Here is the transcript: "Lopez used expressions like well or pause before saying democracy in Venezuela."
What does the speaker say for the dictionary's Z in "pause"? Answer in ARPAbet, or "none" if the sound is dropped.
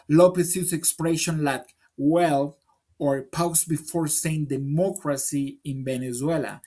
S